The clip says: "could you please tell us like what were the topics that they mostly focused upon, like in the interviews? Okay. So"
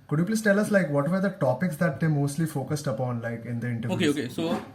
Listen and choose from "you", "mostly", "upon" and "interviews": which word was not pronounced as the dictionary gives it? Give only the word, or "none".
interviews